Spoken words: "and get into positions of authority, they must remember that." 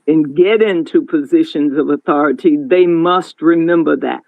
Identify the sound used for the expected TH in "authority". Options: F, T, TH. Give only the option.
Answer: TH